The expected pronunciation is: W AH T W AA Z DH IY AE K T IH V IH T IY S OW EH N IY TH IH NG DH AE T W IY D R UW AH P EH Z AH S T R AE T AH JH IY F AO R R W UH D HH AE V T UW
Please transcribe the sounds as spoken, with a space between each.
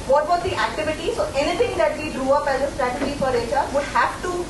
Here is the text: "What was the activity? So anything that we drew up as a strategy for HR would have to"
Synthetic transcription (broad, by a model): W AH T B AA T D IY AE K T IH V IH T IY S OW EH N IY T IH NG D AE T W IY D R UW AH P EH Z AH S T R AE T AH JH IY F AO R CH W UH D HH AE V T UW